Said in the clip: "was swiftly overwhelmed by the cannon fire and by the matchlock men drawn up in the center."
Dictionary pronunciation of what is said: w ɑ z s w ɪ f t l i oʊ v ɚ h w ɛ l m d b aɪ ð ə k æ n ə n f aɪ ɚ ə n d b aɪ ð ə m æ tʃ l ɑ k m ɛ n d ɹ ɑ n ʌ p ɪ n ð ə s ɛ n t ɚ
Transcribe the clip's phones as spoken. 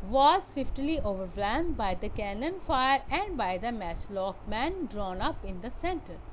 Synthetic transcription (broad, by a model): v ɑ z s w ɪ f t l i oʊ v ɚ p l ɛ m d b aɪ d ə k æ n ə n f aɪ ɚ ə n d b aɪ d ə m æ tʃ l ɑ k m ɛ n d ɹ ɑ n ʌ p ɪ n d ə s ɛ n t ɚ